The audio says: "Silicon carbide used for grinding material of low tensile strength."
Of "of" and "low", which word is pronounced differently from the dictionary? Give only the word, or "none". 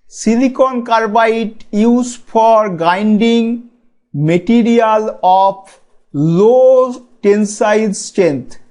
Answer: of